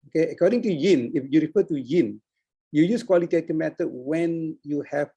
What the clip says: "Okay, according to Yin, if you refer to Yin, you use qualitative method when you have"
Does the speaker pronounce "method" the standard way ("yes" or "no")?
no